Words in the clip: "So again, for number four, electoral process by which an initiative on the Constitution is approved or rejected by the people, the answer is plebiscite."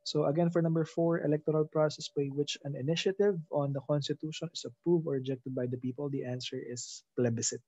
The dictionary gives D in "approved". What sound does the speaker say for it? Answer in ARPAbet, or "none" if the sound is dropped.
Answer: none